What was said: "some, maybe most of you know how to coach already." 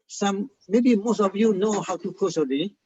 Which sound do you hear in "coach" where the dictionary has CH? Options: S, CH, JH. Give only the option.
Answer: S